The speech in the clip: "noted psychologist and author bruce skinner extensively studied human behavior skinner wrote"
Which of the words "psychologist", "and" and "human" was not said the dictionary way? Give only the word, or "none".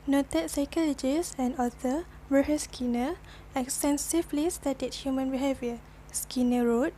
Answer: psychologist